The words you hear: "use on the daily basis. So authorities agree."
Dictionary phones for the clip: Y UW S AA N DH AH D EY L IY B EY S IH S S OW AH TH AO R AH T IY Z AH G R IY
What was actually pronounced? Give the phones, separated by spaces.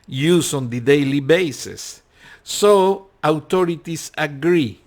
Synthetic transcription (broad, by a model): Y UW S AA N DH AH D EY L IY B EY S IH S S OW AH T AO R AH T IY S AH G R IY